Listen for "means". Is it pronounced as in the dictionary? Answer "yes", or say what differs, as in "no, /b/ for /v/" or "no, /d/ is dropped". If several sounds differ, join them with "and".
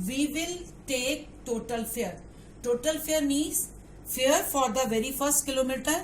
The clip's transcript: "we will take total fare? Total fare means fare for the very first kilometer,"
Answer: no, /n/ is dropped